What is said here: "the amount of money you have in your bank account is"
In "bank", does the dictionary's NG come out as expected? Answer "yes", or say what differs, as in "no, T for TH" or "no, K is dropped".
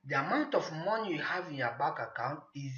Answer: no, NG is dropped